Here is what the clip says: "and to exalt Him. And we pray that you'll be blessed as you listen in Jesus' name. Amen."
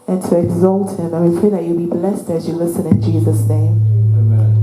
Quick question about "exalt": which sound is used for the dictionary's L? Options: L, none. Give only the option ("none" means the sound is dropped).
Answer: L